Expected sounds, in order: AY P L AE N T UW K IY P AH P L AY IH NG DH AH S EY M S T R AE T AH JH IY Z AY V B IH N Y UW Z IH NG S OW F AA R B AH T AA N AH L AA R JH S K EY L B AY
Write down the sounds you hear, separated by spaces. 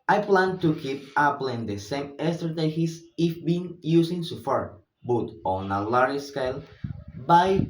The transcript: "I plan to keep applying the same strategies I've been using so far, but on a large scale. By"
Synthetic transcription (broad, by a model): AY P L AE N T UW K IY P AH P L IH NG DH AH S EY M S T R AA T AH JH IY S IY F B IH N Y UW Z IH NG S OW F AA R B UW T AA N AH L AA R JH S K EY L B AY